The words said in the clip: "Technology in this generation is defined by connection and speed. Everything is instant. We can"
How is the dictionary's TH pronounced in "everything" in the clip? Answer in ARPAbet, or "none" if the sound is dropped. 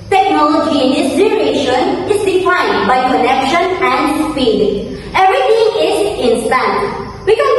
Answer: T